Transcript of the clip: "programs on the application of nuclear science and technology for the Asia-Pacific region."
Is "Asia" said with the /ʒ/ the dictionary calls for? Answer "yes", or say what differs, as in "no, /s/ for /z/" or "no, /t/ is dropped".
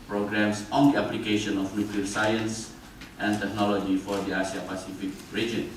no, /s/ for /ʒ/